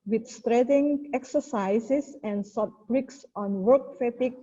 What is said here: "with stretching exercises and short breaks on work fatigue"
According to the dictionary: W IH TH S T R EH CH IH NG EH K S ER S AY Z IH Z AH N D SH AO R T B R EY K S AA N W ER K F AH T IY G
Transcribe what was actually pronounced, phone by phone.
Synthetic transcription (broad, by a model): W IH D S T R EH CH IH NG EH K S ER S AY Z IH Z AH N D S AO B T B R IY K S AA N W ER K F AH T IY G